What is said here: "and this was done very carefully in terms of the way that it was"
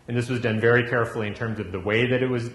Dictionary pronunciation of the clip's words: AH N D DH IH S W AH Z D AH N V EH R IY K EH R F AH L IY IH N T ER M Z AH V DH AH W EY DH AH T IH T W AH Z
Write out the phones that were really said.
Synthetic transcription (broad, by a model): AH N DH IH S W AH Z D AH N V EH R IY K EH R F L IY IH N T ER M Z AH V DH AH W EY DH AH T IH T W AH Z